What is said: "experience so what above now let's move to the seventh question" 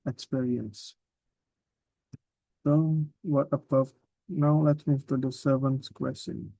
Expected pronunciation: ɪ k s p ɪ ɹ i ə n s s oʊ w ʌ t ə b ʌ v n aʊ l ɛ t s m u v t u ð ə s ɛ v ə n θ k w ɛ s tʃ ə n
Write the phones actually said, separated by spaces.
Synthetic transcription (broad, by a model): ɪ k s p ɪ ɹ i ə n s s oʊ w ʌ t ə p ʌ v n aʊ l ɛ t s m u v t u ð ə s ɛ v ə n s k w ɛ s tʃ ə n